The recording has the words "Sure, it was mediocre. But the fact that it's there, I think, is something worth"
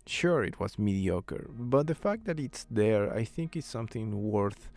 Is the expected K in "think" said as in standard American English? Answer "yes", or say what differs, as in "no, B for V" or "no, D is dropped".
yes